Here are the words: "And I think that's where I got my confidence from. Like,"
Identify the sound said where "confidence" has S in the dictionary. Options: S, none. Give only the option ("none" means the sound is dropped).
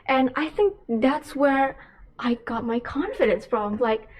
S